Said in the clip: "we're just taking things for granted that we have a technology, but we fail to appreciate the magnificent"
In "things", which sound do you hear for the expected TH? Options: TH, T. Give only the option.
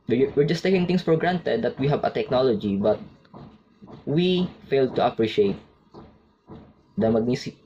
T